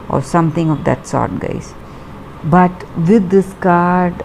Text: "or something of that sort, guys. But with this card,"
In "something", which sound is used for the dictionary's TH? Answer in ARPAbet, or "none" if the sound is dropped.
T